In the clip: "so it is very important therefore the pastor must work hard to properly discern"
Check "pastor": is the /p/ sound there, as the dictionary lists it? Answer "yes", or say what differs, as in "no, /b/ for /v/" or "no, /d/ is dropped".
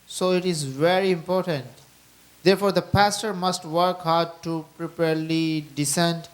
yes